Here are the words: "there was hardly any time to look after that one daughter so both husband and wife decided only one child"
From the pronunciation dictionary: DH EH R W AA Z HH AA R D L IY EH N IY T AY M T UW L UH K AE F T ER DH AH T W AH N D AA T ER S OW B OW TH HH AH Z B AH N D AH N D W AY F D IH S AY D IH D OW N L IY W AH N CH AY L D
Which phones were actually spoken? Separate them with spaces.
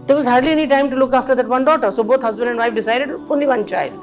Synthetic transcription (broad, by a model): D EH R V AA Z HH AA R D L IY EH N IY T AY M T UW L UH K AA F T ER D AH T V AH N D AA T ER S OW B OW T HH AH Z B AH N D AH N D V AY F D IH S AY D IH D OW N L IY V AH N CH AY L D